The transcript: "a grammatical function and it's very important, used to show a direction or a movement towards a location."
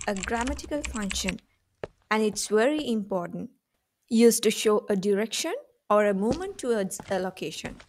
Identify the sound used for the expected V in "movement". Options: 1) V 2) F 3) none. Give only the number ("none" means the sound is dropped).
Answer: 3